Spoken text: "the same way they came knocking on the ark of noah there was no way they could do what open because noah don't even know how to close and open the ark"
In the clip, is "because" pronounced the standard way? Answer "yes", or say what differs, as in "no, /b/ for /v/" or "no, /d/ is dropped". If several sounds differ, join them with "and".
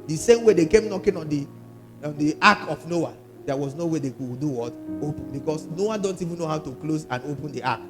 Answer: no, /s/ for /z/